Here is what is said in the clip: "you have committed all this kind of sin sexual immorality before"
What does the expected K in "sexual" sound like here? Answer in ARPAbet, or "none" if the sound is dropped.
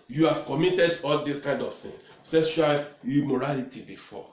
none